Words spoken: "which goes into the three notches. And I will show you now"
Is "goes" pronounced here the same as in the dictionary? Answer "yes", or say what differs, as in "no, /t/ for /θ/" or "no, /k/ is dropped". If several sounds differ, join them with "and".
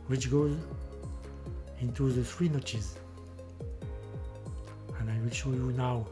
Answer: yes